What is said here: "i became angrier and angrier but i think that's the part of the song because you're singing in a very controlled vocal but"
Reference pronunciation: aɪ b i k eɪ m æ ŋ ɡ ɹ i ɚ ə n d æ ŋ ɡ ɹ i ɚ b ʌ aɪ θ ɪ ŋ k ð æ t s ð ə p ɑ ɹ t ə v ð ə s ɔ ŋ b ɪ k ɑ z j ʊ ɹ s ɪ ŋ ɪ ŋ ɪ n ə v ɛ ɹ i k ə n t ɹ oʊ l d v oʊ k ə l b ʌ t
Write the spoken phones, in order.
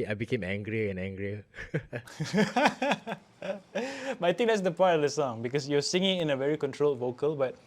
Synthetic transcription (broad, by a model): aɪ b i k eɪ m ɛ ŋ ɡ ɹ i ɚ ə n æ ŋ ɡ ɹ i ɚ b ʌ aɪ t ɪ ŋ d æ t s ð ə p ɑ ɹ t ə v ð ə s ɔ ŋ b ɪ k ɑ s j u s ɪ ŋ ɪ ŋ ɪ n ə v ɛ ɹ i k ə n t ɹ oʊ l d v oʊ k ə l b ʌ t